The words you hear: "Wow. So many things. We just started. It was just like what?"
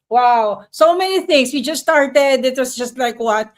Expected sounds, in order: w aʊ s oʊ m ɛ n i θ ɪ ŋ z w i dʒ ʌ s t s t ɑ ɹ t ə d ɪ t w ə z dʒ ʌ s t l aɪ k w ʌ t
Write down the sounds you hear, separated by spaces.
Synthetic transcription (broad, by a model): w aʊ s oʊ m ɛ n i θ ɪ ŋ s w i dʒ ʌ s s t ɑ ɹ t ə d ɪ t w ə s dʒ ʌ s t l aɪ k w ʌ t